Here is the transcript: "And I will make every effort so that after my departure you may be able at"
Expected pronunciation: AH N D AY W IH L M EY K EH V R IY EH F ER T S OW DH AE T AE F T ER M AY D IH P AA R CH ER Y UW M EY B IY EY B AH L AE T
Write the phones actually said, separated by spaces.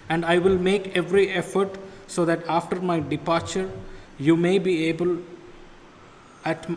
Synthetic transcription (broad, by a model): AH N D AY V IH L M EY K EH V R IY EH F ER T S OW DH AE T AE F T ER M AY D IH P AA R CH ER Y UW M EY B IY EY B AH L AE T